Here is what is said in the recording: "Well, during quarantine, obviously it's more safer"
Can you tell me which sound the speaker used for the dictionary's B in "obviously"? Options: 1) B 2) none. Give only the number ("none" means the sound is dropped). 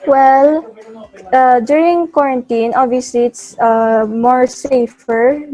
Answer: 2